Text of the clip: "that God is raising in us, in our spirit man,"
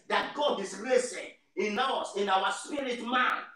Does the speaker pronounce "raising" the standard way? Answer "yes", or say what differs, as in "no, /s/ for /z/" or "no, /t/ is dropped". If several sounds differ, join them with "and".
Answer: no, /s/ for /z/